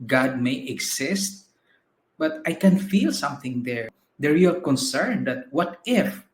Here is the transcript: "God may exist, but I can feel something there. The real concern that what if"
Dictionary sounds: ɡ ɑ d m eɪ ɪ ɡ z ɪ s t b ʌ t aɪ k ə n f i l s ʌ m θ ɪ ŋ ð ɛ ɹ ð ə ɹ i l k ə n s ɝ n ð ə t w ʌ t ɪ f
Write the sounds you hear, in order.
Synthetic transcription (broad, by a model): ɡ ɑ d m eɪ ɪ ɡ s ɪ s t b ʌ t aɪ k ə n f i l s ʌ m θ ɪ ŋ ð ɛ ɹ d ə ɹ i k ə n s ɝ n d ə t w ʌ t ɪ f